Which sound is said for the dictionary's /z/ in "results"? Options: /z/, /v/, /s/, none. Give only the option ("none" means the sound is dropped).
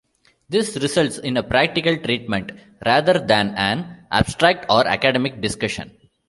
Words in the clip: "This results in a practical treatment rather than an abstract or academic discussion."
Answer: /s/